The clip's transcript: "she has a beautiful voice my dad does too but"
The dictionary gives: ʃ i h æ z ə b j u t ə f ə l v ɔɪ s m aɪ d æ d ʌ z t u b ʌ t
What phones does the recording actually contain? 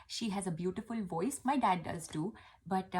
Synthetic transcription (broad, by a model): ʃ i h æ z ə b j u t ə f ə l v ɔɪ s m aɪ d æ d ʌ z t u b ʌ t